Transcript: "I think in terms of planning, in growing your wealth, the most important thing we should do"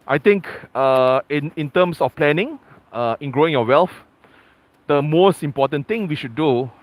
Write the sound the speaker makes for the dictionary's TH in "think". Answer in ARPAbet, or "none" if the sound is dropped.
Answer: T